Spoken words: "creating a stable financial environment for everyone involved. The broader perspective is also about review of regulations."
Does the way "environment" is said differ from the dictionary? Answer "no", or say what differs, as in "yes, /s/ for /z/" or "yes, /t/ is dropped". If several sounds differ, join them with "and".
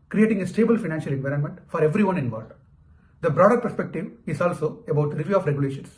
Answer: no